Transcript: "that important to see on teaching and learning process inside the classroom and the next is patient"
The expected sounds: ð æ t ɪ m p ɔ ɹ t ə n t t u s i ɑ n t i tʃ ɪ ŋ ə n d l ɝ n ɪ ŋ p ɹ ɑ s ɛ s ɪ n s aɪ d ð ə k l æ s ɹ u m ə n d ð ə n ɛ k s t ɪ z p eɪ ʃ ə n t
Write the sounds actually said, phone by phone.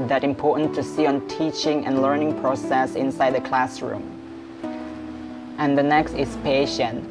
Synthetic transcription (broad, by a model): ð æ t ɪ m p ɔ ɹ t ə n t t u s i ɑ n t i tʃ ɪ ŋ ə n l ɝ n ɪ ŋ p ɹ ɑ s ɛ s ɪ n s aɪ d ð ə k l æ s ɹ u m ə n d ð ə n ɛ k s t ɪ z p eɪ ʃ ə n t